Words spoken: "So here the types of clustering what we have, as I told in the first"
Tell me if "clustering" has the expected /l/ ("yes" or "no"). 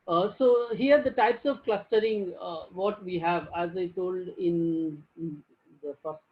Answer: yes